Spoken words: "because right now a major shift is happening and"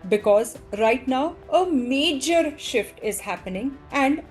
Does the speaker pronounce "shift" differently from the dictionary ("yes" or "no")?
no